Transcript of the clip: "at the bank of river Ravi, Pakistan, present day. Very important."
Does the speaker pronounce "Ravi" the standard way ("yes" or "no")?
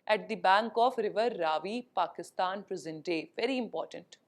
yes